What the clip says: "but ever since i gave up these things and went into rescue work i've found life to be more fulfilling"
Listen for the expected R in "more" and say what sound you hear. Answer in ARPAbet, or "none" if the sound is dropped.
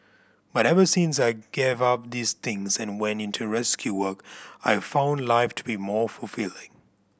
R